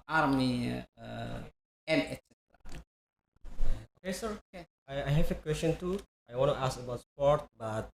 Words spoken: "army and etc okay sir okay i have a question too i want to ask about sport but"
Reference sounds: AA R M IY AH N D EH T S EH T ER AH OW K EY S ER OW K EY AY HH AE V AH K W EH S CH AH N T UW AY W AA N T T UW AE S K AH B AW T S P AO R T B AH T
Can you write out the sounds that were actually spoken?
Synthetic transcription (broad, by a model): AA R M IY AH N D EH T S EH T ER AH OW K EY S ER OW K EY AY HH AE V AH K W EH S CH AH N T UW AY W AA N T T UW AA S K AH B AW T S P AO R T B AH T